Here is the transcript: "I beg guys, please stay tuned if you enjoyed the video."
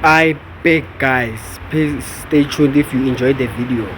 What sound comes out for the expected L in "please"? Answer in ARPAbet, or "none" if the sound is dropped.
none